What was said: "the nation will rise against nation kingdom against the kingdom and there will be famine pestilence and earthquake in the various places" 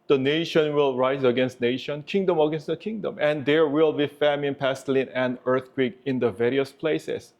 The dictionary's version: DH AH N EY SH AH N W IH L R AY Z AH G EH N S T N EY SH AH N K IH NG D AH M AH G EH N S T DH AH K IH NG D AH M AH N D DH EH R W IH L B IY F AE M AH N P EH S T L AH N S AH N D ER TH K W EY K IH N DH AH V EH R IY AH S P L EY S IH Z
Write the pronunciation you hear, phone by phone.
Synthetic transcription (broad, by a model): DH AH N EY SH AH N W IH L R AY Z AH G EH N S T N EY SH AH N K IH NG D AH M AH G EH N S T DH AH K IH NG D AH M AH N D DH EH R W IH L B IY F AE M AH N P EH S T L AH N AH N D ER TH K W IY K IH N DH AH V EH R IY AH S P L EY S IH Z